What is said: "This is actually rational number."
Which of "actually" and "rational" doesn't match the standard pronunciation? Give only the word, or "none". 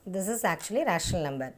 rational